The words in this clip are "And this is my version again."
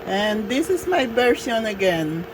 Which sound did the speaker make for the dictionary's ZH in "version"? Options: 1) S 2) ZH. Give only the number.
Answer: 1